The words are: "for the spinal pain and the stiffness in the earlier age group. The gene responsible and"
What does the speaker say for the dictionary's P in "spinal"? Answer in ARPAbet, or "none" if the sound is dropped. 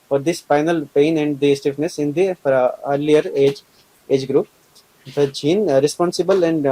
F